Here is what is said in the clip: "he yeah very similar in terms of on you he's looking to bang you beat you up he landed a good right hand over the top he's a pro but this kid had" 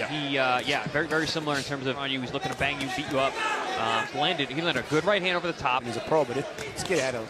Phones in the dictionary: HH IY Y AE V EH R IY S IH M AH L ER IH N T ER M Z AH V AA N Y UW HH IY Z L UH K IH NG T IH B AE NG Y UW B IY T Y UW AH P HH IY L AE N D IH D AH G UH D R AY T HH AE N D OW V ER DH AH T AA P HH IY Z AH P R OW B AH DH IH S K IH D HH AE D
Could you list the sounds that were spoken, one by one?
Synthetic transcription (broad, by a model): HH IY Y AE V EH R IY S IH M L ER IH N T ER M Z AH V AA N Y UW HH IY Z L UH K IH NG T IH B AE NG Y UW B IY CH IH AH P HH IY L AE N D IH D AH G UH D R AY T HH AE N D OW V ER DH AH T AA P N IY Z AH P R OW B AH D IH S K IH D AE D